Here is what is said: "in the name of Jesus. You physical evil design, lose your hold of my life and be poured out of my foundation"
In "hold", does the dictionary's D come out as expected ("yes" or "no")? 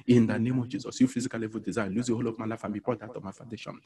no